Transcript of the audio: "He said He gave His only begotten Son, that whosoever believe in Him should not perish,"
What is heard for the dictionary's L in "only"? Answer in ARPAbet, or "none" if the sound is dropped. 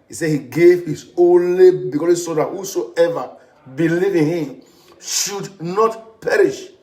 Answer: L